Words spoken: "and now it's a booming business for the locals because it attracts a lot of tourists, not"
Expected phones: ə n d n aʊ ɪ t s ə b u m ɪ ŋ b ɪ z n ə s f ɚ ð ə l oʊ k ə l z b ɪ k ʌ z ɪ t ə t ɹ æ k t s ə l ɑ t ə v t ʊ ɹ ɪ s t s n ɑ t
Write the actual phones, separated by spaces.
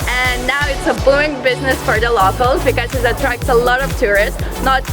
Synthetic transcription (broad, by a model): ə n n aʊ ɪ t s ə b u ɪ ŋ b ɪ z n ə s f ɚ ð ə l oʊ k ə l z b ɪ k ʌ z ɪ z ə t ɹ æ k t s ə l ɑ t ə v t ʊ ɹ ɪ s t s n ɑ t